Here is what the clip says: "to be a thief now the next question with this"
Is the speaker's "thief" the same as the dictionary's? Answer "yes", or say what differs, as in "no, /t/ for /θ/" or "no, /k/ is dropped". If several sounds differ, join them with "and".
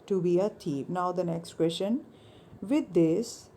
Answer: no, /t/ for /θ/